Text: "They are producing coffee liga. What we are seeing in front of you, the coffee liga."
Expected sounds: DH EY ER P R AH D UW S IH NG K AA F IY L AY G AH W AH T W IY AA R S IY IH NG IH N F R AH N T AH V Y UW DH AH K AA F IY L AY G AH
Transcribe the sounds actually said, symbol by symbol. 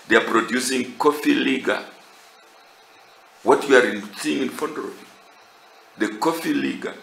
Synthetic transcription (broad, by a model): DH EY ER P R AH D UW S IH NG K AA F IY L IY G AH W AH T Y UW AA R S IY IH NG IH N F AO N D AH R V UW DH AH K AA F IY L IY G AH